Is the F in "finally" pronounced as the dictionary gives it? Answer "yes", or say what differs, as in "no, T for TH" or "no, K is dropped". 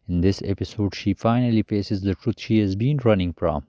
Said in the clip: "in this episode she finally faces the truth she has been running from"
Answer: yes